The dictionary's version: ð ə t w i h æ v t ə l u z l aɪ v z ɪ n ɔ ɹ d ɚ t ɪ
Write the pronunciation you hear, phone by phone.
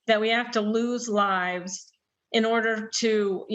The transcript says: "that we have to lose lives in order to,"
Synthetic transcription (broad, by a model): ð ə t w i h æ f t ə l u z l aɪ v z ɪ n ɔ ɹ d ɚ t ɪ